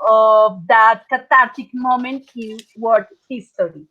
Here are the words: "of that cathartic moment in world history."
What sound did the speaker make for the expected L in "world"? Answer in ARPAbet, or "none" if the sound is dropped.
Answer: none